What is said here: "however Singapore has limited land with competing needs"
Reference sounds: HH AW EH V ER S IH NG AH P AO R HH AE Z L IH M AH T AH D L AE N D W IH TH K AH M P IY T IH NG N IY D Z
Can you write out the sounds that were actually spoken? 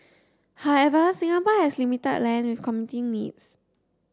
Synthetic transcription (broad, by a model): HH AW EH V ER S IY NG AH P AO HH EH S L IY M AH T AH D L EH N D W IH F K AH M IY T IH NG N IY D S